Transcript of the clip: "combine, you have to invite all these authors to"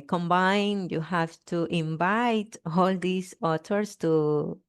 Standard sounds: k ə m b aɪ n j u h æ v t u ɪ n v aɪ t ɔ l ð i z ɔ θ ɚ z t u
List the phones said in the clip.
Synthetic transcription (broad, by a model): k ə m b aɪ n j u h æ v t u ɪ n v aɪ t ɔ l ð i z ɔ t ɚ s t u